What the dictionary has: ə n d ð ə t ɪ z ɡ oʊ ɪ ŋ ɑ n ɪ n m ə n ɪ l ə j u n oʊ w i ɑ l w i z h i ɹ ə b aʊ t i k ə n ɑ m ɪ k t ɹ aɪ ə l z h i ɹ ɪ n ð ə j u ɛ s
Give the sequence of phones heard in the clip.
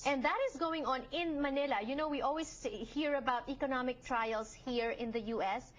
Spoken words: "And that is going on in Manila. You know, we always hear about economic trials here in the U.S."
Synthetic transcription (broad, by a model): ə n d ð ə t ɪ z ɡ oʊ ɪ ŋ ɑ n ɪ n m ə n ɪ l ə j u n oʊ w i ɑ l w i s h i ɹ ə b aʊ t i k ə n ɑ m ɪ k t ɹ aɪ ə l s h i ɹ ɪ n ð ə j u ɛ s